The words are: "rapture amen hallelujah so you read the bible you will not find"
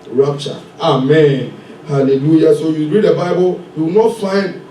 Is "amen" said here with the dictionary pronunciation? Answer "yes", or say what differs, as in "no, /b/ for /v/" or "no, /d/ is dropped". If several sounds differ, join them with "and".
yes